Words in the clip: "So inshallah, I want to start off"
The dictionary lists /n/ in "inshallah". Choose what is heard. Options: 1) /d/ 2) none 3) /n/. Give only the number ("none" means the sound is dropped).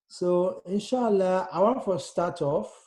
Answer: 3